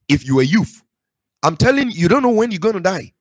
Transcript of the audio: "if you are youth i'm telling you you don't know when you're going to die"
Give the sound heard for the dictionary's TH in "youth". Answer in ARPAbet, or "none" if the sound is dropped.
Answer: F